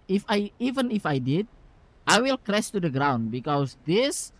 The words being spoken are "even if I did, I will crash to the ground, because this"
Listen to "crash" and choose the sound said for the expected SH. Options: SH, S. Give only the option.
S